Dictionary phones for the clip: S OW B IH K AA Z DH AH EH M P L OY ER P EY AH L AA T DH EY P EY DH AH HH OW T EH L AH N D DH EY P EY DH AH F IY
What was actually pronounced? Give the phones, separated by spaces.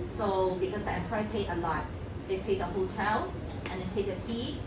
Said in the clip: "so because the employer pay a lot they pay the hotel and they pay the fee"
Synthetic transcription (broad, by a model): S OW B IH K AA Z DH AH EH P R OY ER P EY AH L AA T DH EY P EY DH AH HH OW T EH L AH N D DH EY P EY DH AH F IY